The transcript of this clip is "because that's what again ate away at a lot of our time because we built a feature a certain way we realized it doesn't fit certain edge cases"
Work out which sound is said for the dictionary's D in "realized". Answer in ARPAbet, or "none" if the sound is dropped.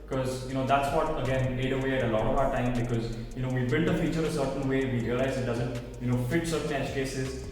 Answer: none